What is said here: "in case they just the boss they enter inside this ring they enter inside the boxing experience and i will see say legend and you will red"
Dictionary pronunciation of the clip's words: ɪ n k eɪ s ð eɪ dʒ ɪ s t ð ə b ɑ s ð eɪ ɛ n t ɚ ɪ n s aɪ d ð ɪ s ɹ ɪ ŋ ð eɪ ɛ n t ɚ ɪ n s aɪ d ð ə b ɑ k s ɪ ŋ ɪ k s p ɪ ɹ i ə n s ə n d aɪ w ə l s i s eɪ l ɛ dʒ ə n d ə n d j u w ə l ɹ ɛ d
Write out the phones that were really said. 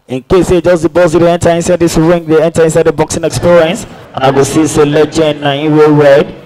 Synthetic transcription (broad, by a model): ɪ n k eɪ s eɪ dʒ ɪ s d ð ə b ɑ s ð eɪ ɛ n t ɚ ɪ n s aɪ d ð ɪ s ɹ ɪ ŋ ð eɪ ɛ n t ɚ ɪ n s aɪ d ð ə b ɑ k s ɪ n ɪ k s p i ɹ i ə n s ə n aɪ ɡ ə s i s eɪ l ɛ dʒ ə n ə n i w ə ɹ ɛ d